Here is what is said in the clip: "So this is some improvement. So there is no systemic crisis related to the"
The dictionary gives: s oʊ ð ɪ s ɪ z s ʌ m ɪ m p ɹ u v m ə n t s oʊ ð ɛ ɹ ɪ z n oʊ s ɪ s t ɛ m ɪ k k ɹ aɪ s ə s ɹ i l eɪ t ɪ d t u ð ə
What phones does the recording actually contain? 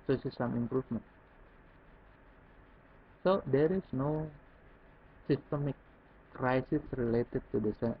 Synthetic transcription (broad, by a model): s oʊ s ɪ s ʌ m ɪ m p ɹ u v m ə n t s oʊ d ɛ ɹ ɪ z n oʊ s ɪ s t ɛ m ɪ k k ɹ aɪ s ə s ɹ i l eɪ t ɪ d t u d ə